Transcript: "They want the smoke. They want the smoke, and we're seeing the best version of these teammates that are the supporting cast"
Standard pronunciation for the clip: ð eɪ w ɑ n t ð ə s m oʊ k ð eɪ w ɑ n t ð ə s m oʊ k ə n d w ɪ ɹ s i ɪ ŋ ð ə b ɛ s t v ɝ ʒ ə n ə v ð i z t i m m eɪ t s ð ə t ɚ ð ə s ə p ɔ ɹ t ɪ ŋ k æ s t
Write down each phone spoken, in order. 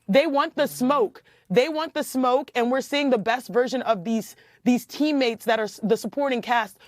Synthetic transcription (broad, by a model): ð eɪ w ɑ n ð ə s m oʊ k ð eɪ w ɑ n ð ə s m oʊ k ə n w ɪ ɹ s i ɪ ŋ ð ə b ɛ s t v ɝ ʒ ə n ə v ð i z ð i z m eɪ t s ð ə t ɚ ð ə s ə p ɔ ɹ t ɪ ŋ k æ s t